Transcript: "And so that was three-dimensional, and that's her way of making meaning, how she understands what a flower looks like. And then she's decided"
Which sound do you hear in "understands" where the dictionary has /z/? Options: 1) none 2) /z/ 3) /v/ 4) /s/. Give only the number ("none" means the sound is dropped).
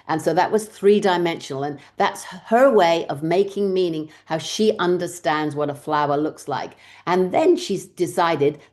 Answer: 2